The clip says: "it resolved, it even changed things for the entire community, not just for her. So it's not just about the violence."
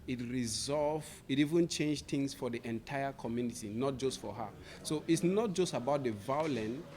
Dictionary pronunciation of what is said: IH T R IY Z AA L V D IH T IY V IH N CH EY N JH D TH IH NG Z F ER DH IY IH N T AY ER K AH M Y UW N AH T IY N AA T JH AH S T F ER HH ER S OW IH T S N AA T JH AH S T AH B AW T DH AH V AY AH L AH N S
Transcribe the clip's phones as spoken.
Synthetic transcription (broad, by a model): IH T R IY Z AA L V IH T IY V IH N CH EY N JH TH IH NG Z F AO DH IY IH N T AY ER K AH M Y UW N AH T IY N AA T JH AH S T F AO HH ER S OW IH T S N AA T JH AH S T AH B AW T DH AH V AY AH L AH N